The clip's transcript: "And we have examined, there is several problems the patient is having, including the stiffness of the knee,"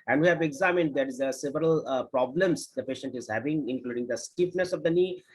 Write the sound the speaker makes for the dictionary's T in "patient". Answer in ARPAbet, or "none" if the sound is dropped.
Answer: T